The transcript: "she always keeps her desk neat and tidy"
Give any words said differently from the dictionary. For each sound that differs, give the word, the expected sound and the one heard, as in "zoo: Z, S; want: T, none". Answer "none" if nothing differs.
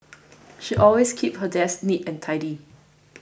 always: Z, S; keeps: S, none